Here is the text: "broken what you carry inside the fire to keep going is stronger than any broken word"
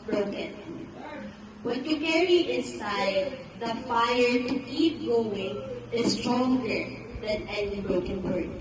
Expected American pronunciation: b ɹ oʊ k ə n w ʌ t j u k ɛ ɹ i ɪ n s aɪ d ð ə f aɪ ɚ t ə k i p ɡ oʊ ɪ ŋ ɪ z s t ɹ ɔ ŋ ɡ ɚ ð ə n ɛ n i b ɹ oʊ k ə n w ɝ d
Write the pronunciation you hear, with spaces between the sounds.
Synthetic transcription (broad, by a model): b ɹ oʊ k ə n w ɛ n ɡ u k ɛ ɹ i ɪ s aɪ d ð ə f aɪ ɚ t ə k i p ɡ oʊ ɪ ŋ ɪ s t ɹ ɔ ŋ ɡ ɚ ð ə n ɛ n i b ɹ oʊ k ə n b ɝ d